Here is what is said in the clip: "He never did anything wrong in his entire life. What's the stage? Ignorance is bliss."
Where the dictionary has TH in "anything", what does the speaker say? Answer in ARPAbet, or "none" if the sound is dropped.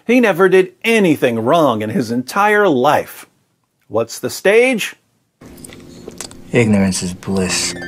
TH